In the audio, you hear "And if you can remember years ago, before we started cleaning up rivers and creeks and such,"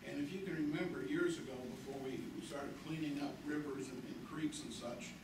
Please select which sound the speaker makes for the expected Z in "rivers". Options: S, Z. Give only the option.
Z